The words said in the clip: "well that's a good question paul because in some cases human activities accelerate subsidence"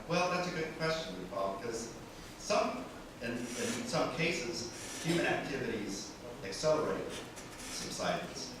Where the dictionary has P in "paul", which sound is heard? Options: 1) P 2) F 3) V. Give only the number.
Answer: 2